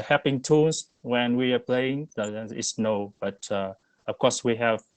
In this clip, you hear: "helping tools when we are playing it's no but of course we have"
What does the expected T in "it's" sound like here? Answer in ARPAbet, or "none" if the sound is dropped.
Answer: S